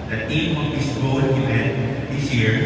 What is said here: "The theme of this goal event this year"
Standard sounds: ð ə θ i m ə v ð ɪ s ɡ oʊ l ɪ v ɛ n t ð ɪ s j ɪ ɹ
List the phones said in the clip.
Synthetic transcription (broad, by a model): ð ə t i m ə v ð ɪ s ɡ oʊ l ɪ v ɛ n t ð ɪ s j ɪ ɹ